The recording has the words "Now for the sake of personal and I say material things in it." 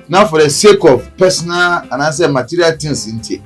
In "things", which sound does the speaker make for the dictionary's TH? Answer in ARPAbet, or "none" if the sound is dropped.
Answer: T